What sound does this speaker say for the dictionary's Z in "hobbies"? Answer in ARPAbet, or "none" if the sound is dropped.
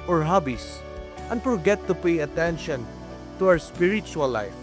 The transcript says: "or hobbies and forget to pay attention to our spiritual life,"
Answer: S